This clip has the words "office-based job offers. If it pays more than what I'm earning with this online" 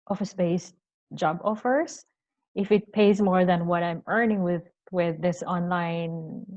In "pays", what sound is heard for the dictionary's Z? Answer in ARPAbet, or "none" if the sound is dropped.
Z